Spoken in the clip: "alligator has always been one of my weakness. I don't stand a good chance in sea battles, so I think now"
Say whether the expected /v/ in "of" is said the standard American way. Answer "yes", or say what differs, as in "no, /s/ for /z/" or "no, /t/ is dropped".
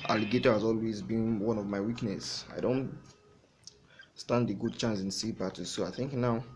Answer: yes